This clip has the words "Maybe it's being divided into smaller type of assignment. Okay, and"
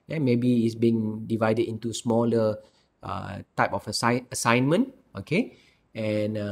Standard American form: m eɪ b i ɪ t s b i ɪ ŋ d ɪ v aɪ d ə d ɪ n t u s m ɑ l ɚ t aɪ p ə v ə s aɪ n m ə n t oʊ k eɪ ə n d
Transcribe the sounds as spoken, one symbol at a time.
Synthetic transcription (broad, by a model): m eɪ b i ɪ t s b i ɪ ŋ d ɪ v aɪ d ə d ɪ n t u s m ɑ l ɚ t aɪ p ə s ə s aɪ n m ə n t oʊ k eɪ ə n